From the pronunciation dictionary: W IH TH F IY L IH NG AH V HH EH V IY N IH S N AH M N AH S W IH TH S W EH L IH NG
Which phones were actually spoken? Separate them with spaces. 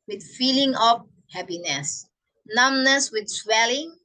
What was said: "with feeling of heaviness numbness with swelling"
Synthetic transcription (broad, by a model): W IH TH F IY L IH NG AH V HH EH P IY N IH S N AH M N AH S W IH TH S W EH L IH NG